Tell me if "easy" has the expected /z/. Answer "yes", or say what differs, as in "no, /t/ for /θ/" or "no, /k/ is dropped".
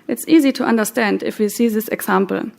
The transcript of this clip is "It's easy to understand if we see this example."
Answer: yes